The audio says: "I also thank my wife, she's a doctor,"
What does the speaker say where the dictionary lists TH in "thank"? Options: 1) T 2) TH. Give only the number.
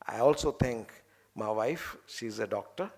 1